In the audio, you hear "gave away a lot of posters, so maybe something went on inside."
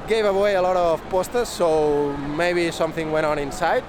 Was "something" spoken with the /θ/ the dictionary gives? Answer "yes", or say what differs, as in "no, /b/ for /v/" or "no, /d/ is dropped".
yes